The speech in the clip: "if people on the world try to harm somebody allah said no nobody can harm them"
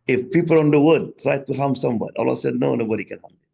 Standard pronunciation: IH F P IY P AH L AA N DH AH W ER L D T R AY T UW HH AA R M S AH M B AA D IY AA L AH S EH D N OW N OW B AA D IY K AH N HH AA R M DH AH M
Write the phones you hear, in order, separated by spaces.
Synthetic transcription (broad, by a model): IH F P IY P AH L AA N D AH W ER D T R AY T UW HH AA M S AH M B AA D IY AA L AH S EH D N OW N OW B AA D IY K AH N HH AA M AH